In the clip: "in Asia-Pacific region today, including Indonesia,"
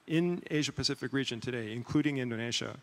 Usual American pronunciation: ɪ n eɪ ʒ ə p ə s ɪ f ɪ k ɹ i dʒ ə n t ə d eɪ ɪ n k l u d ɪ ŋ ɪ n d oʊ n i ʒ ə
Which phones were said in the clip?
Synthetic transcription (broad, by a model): ɪ n eɪ ʒ ə p ə s ɪ f ɪ k ɹ i dʒ ə n t ə d eɪ ɪ n k l u d ɪ ŋ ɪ n d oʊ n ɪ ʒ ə